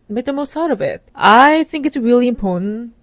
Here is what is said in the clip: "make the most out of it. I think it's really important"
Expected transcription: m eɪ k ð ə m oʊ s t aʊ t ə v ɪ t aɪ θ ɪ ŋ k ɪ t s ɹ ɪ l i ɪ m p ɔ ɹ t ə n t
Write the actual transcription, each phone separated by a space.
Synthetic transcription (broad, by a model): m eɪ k ð ə m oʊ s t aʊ t ə v ɪ t aɪ θ ɪ ŋ k ɪ t s ɹ ɪ l i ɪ m p ɔ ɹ t n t